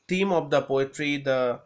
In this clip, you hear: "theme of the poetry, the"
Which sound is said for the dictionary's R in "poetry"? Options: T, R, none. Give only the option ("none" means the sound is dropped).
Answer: R